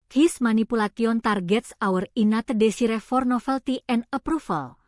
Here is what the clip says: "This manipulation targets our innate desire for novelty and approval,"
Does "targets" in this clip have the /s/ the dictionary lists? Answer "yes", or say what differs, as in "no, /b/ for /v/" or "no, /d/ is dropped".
yes